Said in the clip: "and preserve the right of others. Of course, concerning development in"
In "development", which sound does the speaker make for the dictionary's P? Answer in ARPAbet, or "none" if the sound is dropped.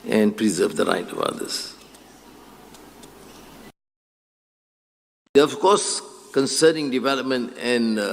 P